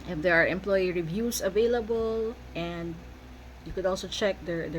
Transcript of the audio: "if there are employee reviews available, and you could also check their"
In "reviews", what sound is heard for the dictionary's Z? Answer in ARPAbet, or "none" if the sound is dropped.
S